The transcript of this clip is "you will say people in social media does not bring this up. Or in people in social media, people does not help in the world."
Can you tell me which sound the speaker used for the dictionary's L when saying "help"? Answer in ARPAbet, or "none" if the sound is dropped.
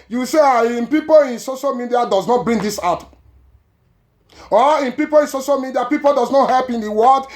L